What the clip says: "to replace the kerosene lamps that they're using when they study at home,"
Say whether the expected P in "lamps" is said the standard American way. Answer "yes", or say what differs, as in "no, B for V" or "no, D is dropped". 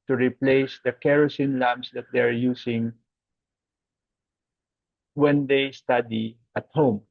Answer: no, P is dropped